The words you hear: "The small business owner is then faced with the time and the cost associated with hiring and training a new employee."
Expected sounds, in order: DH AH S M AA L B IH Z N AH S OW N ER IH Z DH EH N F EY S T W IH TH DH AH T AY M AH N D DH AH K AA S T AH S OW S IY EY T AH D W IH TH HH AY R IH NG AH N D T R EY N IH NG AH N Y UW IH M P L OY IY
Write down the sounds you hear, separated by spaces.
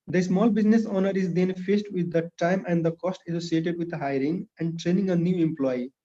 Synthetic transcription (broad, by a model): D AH S M AA L B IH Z N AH S OW N ER IH Z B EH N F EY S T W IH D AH T AY M AH N D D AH K AA S T AH S OW S IY EY T AH D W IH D HH AY R IH NG AH N D T R EY N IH NG AH N Y UW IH M P L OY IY